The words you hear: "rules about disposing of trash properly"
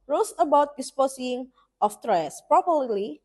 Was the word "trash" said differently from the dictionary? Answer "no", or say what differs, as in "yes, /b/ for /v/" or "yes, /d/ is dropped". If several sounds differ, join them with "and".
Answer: yes, /s/ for /ʃ/